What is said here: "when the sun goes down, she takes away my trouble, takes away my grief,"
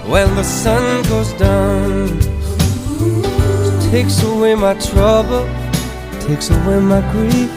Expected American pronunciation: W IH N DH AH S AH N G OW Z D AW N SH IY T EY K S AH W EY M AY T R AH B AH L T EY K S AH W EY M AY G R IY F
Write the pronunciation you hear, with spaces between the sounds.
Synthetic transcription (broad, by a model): W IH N DH AH S AH N G OW Z D AW N T EY K S AH W EY M AY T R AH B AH L T EY K S AH W EY M AY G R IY